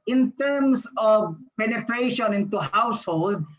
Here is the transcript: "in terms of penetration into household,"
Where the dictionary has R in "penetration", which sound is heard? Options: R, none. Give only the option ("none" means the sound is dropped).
R